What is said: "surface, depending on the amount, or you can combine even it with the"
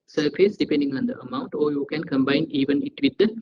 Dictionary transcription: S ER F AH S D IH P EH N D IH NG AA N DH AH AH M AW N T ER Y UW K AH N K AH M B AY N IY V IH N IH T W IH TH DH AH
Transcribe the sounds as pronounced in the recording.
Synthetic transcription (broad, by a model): S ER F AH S D IH P EH N D IH NG AA N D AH AH M AW N T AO Y UW K AH N K AH M B AY N IY V IH N IH T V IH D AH